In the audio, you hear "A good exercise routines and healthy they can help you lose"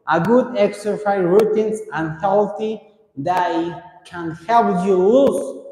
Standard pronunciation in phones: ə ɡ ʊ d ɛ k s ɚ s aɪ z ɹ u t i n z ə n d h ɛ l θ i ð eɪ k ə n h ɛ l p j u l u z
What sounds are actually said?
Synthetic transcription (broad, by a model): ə ɡ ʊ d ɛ k s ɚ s aɪ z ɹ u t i n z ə n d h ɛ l t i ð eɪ k ə n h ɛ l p j u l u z